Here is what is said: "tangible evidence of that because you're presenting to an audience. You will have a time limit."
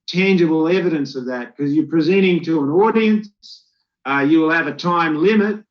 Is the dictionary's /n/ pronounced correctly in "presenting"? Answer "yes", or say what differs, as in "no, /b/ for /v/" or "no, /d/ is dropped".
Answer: no, /n/ is dropped